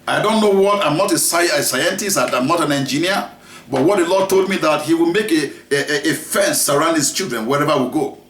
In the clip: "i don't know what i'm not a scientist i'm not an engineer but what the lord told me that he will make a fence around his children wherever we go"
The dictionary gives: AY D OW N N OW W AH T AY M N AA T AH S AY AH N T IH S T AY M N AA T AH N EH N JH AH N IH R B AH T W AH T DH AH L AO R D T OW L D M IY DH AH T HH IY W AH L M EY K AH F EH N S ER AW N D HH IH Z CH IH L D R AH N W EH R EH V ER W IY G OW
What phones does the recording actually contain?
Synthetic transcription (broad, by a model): AY D OW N N OW W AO T AY M N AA T AH S AY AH N T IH S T AY M N AA T AH N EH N JH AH N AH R B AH T W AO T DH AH L AO D T OW L D M IY DH AH T HH IY W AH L M EY K AH F EH N S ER AW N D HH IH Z CH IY L D R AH N W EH R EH V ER W IY G OW